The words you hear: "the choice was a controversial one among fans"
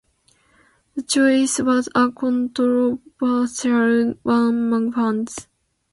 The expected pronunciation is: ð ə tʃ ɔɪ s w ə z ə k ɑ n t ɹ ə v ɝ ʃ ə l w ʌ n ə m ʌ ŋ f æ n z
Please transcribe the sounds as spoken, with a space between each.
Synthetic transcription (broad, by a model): ð ə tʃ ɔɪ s w ə z ə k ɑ n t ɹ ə b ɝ s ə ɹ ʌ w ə m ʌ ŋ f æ n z